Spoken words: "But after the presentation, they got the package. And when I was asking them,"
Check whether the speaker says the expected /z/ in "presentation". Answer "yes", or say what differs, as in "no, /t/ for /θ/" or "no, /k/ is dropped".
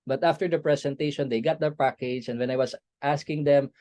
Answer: no, /s/ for /z/